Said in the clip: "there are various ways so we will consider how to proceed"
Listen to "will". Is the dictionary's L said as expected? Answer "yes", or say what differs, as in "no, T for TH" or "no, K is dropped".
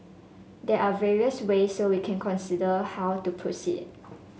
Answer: no, N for L